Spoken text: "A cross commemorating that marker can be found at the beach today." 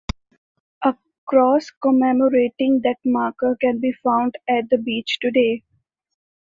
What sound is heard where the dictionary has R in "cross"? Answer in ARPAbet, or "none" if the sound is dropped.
R